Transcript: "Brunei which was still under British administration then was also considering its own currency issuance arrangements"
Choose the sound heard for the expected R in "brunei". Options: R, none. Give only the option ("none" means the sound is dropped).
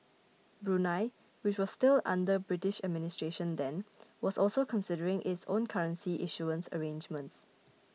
R